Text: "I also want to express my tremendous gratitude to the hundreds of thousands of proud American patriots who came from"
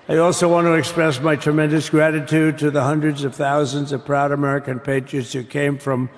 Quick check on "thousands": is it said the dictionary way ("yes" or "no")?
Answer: yes